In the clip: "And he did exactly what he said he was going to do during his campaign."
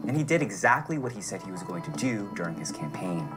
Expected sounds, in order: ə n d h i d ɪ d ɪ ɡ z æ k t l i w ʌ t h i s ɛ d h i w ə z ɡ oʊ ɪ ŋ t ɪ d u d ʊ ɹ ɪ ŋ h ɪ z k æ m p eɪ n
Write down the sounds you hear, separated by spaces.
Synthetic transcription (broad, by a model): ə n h i d ɪ d ɪ ɡ z æ k t l i w ʌ t h i s ɛ d h i w ə z ɡ oʊ ɪ ŋ t ɪ d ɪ d ʊ ɹ ɪ ŋ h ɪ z k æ m p eɪ n